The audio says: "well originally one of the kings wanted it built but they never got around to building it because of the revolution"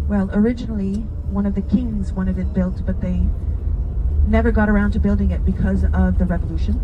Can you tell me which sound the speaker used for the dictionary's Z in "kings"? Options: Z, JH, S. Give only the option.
Z